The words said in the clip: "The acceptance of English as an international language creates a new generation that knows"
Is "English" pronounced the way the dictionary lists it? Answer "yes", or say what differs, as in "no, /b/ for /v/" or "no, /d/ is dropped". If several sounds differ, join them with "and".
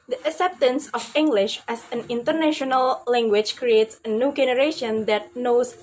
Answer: yes